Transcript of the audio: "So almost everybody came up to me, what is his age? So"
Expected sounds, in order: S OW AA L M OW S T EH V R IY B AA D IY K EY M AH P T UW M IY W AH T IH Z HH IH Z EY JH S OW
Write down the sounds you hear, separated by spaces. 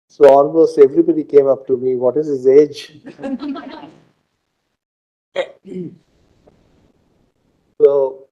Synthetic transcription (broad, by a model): S OW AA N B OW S EH V R IY B AA D IY K EY M AH P T UW M IY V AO T IH Z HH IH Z EY JH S OW